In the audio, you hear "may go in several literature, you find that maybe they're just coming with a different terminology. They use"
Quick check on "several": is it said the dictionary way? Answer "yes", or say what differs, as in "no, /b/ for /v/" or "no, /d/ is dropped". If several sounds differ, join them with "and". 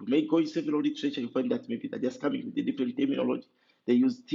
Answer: no, /ɹ/ is dropped